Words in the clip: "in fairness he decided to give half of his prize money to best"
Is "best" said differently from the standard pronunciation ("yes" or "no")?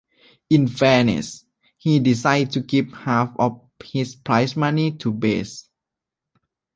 yes